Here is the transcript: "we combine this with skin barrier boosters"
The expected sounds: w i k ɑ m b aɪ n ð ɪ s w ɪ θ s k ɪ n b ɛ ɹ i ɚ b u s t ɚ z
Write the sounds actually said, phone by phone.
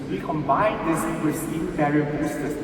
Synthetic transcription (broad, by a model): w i k ɑ m b aɪ n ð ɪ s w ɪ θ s ɪ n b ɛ ɹ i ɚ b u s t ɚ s